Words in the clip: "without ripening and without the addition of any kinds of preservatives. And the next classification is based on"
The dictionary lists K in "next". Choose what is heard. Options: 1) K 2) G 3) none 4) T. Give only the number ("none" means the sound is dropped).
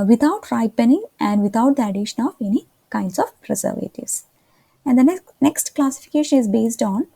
1